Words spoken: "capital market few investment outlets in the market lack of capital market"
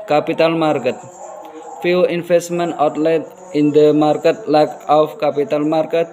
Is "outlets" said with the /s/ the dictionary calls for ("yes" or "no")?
no